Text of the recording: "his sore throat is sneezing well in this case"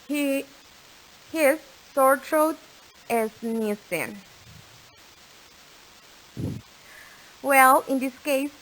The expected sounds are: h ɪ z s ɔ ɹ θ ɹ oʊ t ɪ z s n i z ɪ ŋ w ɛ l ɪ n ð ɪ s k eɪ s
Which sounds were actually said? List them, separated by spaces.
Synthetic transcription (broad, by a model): h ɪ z s ɔ ɹ t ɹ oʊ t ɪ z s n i s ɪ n w ɛ l ɪ n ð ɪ s k eɪ s